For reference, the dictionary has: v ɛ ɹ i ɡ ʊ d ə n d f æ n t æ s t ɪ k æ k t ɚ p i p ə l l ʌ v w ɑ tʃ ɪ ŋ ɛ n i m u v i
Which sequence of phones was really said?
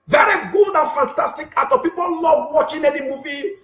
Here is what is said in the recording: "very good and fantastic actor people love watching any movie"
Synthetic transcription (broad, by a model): v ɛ ɹ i ɡ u d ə n f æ n t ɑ s t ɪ k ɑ t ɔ p i p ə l l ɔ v w ɑ tʃ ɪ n ɛ n i m u v i